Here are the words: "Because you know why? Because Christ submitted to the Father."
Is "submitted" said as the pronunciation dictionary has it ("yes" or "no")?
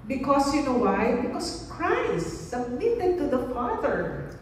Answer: yes